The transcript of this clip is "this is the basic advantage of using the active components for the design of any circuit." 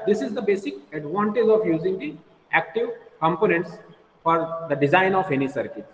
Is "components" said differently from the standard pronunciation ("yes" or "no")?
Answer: no